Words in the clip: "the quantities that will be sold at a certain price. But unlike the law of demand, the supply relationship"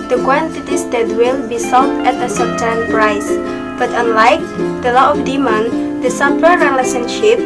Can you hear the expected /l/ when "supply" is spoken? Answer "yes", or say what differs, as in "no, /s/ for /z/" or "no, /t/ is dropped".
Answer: no, /l/ is dropped